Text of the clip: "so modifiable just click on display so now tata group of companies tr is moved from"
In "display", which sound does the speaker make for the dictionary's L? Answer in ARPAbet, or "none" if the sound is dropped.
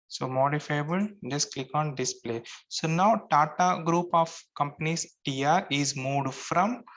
L